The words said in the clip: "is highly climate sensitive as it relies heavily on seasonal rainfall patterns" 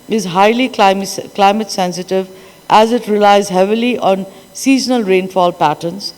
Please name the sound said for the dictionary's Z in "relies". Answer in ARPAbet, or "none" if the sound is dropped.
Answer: Z